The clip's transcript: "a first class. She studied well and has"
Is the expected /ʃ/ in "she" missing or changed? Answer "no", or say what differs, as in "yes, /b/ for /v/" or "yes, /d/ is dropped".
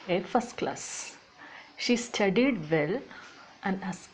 no